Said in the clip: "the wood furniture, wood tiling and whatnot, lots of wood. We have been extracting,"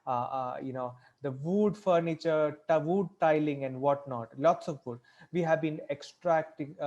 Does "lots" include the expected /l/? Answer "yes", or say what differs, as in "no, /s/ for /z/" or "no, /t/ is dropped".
yes